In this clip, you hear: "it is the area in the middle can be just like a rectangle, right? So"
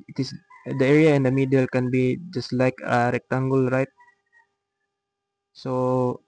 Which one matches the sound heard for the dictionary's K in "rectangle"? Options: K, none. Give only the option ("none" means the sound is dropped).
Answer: K